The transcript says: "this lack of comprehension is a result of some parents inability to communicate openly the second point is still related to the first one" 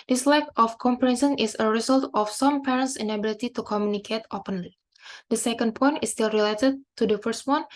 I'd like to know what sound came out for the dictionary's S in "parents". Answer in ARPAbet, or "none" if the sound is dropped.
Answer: S